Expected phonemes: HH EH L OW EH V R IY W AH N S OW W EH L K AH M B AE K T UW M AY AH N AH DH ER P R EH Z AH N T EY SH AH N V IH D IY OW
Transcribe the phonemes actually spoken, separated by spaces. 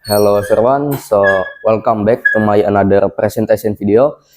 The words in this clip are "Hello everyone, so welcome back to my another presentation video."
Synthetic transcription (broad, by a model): HH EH L OW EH R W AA N S OW W EH L K AH M B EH K T UW M AY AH N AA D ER P R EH S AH N T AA S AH N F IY D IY OW